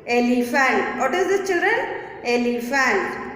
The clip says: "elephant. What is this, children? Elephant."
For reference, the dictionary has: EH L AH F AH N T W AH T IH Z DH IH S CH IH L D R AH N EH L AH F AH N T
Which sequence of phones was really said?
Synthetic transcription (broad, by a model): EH L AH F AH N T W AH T IH Z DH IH CH IH L D R AH N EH L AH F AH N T